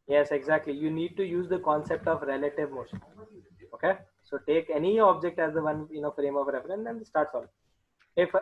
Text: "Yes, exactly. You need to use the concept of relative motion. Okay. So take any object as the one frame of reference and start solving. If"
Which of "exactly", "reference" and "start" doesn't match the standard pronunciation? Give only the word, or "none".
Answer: reference